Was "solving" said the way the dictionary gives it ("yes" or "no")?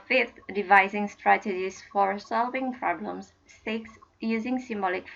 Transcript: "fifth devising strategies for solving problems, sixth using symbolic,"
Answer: yes